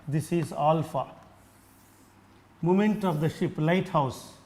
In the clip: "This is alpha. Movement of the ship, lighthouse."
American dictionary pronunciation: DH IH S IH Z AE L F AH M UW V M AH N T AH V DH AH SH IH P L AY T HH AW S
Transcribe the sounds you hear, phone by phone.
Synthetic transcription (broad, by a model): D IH S IH Z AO L F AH M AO M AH N T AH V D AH SH IH P L AY T HH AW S